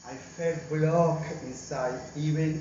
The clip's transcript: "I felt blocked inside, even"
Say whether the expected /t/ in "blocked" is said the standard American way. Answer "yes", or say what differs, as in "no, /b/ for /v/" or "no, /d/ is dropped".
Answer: no, /t/ is dropped